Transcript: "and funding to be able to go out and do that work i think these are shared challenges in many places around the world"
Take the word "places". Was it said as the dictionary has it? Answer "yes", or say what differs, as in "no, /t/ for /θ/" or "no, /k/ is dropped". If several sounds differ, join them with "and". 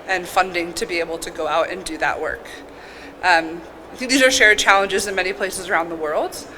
yes